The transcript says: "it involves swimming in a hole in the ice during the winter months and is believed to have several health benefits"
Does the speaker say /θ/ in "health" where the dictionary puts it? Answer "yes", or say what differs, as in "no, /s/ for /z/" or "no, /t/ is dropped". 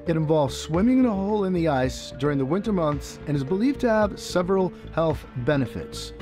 yes